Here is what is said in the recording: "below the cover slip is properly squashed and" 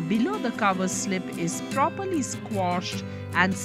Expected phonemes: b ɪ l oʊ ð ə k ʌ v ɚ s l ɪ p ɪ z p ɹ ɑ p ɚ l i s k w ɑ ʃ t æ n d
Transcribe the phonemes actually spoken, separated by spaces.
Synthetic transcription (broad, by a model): b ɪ l oʊ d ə k ʌ v ɚ s l ɪ p ɪ z p ɹ ɑ p ɚ l i s k w ɑ ʃ t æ n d